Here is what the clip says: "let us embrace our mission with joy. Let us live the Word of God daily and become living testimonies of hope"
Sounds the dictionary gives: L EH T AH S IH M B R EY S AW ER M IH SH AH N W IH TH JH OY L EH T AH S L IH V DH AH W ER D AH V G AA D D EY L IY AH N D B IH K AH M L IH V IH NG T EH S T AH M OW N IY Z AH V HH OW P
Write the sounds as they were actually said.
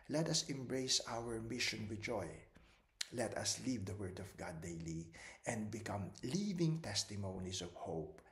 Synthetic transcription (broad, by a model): L EH T AH S IH M B R EY S AW ER M IH SH AH N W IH JH OY L EH T AH S L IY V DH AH W ER D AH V G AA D D EY L IY AH N D B IH K AH M L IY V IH NG T EH S T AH M OW N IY S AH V HH OW P